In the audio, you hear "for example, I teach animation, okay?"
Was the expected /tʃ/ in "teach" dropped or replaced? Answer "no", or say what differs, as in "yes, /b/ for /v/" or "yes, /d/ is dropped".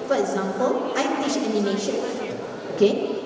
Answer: yes, /ʃ/ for /tʃ/